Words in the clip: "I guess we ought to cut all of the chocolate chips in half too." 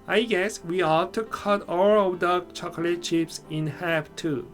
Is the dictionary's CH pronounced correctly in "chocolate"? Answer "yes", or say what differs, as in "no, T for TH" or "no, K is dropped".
yes